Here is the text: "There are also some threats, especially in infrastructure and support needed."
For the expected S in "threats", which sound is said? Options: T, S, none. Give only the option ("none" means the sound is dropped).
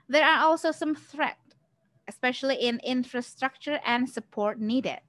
none